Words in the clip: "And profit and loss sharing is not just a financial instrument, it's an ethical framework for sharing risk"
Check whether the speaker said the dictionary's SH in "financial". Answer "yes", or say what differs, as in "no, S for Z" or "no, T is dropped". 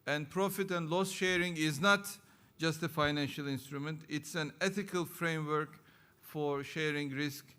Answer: yes